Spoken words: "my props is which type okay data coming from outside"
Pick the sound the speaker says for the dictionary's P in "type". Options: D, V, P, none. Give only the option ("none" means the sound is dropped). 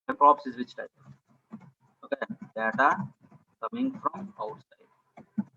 none